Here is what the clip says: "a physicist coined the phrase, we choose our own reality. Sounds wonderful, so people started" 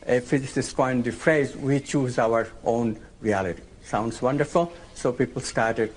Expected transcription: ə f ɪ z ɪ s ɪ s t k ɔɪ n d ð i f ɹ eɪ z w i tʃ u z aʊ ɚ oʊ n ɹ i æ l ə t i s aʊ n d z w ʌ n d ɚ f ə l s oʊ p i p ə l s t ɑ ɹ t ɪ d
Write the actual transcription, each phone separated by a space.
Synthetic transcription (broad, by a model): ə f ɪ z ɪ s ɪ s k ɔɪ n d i f ɹ eɪ z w i tʃ u z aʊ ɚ oʊ n ɹ i æ l ə t i s aʊ n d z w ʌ n d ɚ f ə l s oʊ p i p ə l s t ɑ ɹ t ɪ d